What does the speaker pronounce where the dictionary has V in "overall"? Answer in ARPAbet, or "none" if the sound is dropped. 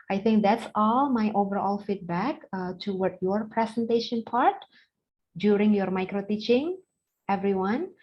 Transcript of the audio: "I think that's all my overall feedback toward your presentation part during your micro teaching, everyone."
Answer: V